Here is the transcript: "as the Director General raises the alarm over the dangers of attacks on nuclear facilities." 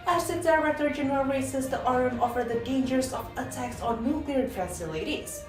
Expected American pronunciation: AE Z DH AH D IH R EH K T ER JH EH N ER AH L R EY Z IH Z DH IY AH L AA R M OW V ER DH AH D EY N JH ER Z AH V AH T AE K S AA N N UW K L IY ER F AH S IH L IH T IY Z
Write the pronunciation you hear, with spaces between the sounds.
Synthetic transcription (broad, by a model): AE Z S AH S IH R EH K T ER JH EH N ER AH L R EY S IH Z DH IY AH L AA R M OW F ER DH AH D EY N JH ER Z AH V AH T AE K S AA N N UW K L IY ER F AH S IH L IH T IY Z